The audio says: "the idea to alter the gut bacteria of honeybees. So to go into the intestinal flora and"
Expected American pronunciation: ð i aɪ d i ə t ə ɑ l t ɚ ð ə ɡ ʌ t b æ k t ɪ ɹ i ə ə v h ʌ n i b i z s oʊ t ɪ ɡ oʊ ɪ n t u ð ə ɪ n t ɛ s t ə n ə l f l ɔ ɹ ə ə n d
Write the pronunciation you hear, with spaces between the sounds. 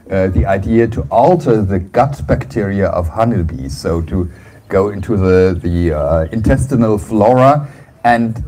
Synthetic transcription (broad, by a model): ð i aɪ d i ə t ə ɑ l t ɚ ð ə ɡ ʌ t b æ k t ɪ ɹ i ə ə v h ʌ n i b i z s oʊ t ɪ ɡ oʊ ɪ n t u ð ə ɪ n t ɛ s t ə n ə l f l ɔ ɹ ə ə n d